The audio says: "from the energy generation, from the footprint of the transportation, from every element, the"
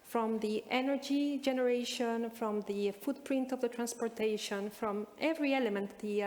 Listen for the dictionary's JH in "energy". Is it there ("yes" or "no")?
yes